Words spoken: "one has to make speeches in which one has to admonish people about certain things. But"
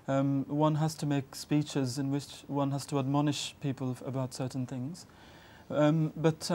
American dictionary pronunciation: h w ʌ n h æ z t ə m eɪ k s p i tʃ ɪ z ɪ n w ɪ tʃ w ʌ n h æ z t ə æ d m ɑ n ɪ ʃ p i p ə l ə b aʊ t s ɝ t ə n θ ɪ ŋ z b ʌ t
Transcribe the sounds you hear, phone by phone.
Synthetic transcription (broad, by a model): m w ʌ n h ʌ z t ə m eɪ k s p i tʃ ɪ z ɪ n w ɪ tʃ w ʌ n h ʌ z t ə æ d m ɑ n ɪ ʃ p i p ə l ə b aʊ t s ɝ t n θ ɪ ŋ z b ʌ t